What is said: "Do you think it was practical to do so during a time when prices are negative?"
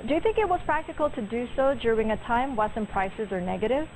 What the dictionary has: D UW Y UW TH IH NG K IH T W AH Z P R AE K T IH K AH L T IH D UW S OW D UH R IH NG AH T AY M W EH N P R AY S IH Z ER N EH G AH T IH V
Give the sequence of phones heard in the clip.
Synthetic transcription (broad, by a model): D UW Y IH TH IH NG K IH T W AH Z P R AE K T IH K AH L T IH D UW S OW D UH R IH NG AH T AY M W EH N P R AY S IH Z ER N EH G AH T IH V